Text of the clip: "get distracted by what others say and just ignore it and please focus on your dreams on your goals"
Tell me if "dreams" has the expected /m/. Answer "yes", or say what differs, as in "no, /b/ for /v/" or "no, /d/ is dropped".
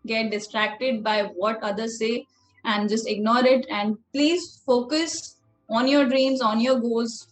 yes